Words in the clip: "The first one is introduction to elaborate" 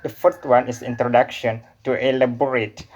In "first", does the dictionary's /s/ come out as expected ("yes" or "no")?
no